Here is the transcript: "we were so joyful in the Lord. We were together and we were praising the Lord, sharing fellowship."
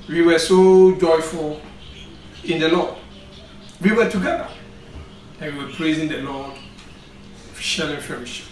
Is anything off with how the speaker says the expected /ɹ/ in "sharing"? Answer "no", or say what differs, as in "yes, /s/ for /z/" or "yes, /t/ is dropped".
yes, /l/ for /ɹ/